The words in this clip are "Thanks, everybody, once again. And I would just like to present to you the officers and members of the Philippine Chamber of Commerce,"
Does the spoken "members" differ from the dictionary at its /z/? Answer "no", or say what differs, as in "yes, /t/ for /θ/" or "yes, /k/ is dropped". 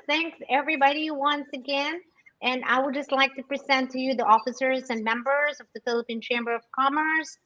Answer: no